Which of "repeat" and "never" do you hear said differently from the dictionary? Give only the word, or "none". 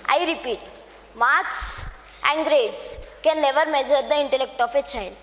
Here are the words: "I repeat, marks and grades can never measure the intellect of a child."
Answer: never